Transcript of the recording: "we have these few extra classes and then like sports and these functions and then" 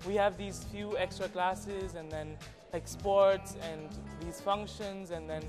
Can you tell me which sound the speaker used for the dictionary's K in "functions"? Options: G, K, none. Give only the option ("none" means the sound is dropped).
K